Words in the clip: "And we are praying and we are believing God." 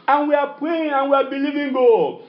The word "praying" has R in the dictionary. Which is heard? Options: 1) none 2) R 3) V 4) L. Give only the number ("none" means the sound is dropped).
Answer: 1